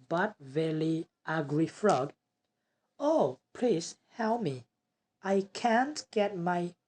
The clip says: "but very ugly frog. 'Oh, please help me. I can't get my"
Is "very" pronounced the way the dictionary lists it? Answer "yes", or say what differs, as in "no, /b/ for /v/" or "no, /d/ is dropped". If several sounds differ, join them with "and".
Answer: no, /l/ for /ɹ/